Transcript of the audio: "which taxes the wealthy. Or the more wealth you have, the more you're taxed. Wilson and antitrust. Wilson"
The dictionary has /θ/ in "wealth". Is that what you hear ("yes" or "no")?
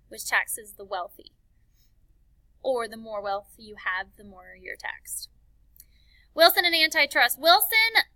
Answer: yes